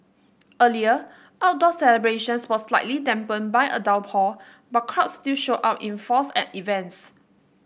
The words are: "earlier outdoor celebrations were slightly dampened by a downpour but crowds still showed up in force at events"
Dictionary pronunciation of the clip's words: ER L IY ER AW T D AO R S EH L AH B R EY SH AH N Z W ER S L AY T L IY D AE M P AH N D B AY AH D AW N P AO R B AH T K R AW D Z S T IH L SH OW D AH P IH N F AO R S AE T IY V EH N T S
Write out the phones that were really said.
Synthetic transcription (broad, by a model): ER L IY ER AW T D AO S EH L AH B R EY SH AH N S W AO S L AY T L IY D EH M P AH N B AY AH D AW L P AO B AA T K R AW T S T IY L SH OW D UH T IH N F AO S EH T IY V EH N T S